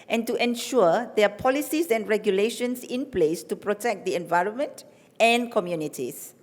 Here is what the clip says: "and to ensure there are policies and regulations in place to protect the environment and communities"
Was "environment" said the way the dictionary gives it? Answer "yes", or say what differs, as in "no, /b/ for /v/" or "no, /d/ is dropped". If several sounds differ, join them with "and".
yes